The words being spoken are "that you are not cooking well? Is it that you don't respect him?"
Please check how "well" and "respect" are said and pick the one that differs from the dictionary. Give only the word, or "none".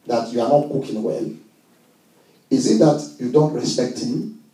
none